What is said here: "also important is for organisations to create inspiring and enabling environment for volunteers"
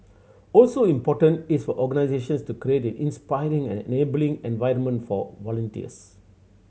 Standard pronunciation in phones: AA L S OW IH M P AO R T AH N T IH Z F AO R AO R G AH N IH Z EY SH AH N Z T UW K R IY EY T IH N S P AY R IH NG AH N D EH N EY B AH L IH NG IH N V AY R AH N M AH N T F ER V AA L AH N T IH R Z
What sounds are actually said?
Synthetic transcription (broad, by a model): AA L S OW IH M P AO T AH N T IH S F AO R AO G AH N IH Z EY SH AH N S T UW K R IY EY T IH N S P AY R IH NG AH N EH N EY B AH L IH NG IH N V AY R AH N M AH N T F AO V AA L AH N T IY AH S